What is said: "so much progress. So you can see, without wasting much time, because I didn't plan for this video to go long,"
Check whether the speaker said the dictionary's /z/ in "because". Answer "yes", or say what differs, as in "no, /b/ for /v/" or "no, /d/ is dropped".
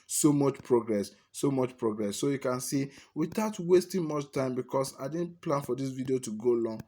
no, /s/ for /z/